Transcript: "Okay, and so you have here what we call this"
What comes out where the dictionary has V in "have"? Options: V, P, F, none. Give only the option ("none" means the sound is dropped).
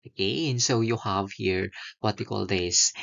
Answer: V